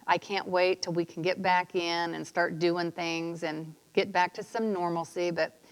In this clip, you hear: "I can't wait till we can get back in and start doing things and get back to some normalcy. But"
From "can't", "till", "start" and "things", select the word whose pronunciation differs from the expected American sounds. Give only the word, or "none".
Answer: none